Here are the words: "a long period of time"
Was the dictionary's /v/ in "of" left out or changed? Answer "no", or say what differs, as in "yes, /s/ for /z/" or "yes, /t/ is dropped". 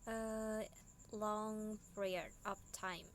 yes, /p/ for /v/